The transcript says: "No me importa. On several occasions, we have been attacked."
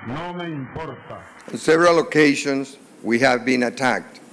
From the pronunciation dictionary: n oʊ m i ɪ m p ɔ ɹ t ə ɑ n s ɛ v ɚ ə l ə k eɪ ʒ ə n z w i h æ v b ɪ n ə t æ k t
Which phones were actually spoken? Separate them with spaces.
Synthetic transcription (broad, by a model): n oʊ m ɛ ɪ m p ɔ ɹ t ə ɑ n s ɛ v ɚ ə l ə k eɪ ʃ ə n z w i h æ v b ɪ n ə t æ k t